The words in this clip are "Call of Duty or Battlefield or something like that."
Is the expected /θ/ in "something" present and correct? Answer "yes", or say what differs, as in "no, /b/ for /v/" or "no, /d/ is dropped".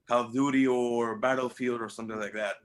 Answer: yes